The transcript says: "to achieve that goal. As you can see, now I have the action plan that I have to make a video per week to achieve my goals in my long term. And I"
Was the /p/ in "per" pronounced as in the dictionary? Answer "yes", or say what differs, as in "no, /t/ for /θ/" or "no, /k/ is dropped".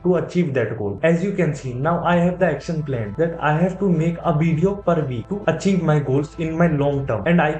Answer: yes